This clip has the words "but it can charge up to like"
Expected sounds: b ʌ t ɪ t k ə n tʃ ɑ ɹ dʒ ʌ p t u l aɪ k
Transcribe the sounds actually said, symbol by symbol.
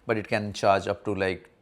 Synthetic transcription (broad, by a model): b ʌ t ɪ t k ə n tʃ ɑ ɹ dʒ ʌ p t u l aɪ k